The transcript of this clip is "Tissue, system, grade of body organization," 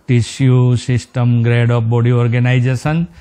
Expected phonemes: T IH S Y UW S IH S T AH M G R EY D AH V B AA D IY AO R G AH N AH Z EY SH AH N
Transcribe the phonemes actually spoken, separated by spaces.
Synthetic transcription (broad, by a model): T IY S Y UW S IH S T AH M G R EY D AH P B AA D IY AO R G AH N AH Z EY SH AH N